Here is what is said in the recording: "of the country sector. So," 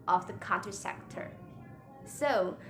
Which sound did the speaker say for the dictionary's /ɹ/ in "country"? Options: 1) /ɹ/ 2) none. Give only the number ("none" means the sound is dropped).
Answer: 2